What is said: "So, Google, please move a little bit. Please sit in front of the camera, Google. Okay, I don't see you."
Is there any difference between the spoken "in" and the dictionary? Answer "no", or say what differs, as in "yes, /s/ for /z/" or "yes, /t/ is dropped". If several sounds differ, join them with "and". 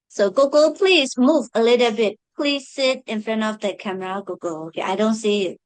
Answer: no